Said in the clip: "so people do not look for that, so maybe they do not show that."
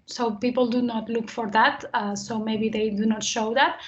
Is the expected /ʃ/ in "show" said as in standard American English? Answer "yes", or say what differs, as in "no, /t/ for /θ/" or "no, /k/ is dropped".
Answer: yes